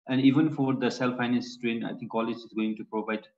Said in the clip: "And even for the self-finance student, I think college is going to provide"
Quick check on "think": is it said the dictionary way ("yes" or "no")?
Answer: no